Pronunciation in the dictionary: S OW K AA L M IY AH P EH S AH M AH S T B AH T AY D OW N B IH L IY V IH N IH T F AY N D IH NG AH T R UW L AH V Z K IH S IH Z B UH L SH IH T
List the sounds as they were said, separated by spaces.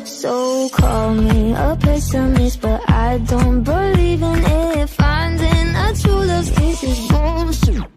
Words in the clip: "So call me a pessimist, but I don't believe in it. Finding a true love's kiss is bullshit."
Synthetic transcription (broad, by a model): S OW K AA L M IY AH P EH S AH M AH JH B AH T AY D OW N B IH L IY V IH N IH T F AY N D IH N AH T UW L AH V K IH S IH Z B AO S